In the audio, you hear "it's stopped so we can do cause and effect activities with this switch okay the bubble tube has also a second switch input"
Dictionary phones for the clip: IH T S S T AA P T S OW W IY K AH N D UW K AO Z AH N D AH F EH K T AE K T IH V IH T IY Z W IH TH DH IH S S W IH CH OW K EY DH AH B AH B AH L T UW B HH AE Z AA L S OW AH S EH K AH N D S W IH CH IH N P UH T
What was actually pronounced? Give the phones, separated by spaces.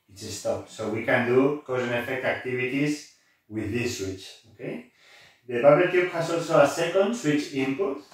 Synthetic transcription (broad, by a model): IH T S S T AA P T S OW W IY K AH N D UW K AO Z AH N AH F EH K T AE K T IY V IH T IY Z W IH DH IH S S W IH CH OW K EY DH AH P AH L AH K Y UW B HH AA S AA L S OW AH S EH K AH N D S W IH CH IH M P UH T